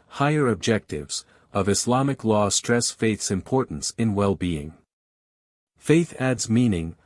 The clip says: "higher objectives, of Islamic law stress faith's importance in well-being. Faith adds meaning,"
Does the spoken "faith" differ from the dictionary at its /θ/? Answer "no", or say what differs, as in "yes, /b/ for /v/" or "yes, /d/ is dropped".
no